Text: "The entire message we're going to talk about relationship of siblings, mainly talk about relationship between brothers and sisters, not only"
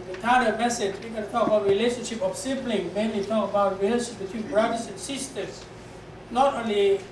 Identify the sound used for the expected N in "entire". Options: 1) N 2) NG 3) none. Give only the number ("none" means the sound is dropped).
3